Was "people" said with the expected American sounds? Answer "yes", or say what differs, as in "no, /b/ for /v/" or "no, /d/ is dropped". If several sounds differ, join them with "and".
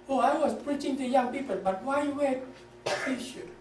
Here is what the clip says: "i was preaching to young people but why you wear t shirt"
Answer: yes